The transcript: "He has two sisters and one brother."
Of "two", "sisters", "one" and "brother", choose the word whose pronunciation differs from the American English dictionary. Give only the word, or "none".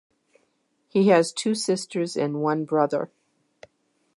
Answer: none